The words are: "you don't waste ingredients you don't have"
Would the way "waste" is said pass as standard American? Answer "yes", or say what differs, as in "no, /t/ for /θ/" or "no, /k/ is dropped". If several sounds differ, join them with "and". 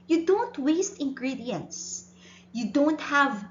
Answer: yes